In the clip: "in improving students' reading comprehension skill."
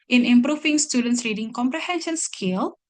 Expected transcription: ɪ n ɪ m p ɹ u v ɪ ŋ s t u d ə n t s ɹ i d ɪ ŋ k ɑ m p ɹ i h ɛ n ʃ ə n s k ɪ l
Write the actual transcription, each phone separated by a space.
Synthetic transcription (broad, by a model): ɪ n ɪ m p ɹ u f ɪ ŋ s t u d ə n t s ɹ i d ɪ ŋ k ɑ m p ɹ i h ɛ n ʃ ə n s k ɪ l